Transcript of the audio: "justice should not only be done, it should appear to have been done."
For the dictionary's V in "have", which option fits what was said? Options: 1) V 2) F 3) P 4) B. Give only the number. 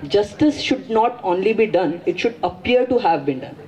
1